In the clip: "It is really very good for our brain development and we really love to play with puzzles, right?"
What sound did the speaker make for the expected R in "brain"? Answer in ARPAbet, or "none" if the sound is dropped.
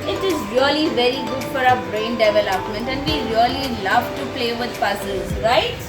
R